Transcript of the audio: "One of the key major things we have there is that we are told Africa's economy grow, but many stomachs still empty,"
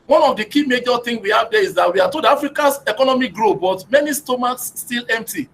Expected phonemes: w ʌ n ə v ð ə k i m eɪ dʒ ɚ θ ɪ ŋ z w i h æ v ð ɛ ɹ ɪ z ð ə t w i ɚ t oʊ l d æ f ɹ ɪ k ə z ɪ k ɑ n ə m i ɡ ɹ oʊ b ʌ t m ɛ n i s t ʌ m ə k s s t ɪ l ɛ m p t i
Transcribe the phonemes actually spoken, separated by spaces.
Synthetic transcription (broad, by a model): w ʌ n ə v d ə k i m eɪ dʒ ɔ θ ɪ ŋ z w i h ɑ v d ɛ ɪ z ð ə t w i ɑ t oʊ d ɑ f ɹ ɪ k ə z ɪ k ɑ n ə m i ɡ ɹ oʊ b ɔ t m ɛ n i s t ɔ m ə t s s t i l ɛ m p t i